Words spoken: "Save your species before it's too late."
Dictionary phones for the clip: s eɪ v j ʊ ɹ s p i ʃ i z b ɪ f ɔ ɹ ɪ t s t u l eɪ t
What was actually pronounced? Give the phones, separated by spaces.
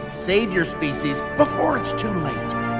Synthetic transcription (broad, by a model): s eɪ v j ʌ ɹ s p i ʃ i z b ɪ f ɔ ɹ ɪ t s t u l eɪ t